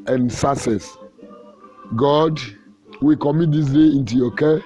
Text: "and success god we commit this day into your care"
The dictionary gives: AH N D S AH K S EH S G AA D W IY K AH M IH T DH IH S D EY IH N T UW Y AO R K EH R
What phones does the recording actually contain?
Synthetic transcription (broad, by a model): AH N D S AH S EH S G AA D W IY K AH M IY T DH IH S D EY IH N T UW Y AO K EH